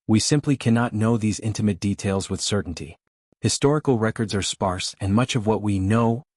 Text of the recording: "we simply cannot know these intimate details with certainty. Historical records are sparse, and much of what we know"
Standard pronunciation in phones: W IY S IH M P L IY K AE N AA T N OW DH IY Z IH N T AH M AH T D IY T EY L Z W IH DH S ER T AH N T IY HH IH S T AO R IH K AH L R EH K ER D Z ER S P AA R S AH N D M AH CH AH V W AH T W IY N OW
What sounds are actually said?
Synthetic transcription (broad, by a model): W IY S IH M P L IY K AE N AA T N OW DH IY Z IH N T AH M AH T D IY T EY L Z W IH DH S ER T N T IY HH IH S T AO R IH K L R EH K ER D Z ER S P AA R S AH N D M AH CH AH V W AH T W IY N OW